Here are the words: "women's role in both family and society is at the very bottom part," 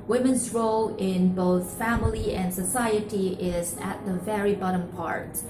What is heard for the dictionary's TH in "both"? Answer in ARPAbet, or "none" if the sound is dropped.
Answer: TH